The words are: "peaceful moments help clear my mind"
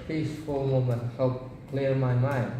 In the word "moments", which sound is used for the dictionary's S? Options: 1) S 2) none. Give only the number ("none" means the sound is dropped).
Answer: 2